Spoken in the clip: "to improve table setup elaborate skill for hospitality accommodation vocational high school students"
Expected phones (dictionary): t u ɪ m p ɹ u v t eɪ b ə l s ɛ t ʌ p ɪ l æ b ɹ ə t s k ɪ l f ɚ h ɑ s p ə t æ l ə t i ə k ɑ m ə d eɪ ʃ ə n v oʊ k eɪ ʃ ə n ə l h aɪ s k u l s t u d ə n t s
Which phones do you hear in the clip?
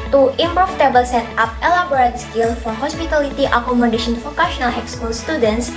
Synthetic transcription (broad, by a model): t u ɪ m p ɹ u f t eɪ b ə l s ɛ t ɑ p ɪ l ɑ b ɹ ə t s k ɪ l f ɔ h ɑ s p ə t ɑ l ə t i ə k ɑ m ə d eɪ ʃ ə n f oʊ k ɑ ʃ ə n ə l h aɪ s k u l s t u d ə n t s